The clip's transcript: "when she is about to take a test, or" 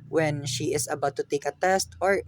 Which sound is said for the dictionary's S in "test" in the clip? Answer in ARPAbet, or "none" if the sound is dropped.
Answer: S